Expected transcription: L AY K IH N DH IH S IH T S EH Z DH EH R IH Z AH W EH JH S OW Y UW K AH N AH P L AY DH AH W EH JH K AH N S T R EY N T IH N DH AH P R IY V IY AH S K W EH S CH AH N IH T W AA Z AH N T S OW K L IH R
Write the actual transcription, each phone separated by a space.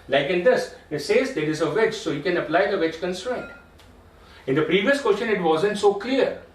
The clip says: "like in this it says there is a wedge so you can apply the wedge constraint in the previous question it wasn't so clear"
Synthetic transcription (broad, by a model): L AY K IH N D IH S IH T S EH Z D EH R IH Z AH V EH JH S OW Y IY K AH N AH P L AY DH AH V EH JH K AH N S T R EY N T IH N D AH P R IY V IY AH S K W EH S CH AH N IH T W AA Z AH N T S OW K L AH R